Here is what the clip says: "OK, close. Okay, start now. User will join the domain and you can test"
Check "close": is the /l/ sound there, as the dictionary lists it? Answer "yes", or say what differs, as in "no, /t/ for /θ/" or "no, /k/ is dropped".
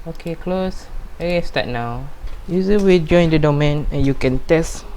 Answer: yes